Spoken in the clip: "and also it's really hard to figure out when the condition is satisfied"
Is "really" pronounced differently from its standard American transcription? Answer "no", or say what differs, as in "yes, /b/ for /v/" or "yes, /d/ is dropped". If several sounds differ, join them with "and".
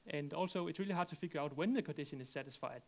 no